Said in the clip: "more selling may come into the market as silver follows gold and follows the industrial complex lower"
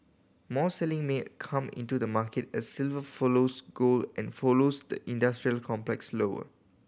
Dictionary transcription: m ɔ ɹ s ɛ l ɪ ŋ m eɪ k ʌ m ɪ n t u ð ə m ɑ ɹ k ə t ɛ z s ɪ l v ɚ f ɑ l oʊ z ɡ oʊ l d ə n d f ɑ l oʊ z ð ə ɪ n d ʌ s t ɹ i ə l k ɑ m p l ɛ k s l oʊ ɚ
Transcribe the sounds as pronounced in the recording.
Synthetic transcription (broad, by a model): m ɔ s ɛ l ɪ ŋ m eɪ k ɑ m ɪ n t u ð ə m ɑ k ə t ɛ s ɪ l v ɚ f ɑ l oʊ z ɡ oʊ l ə n f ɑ l oʊ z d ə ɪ n d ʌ s t ɹ i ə l k ɑ m p l ɛ k s l oʊ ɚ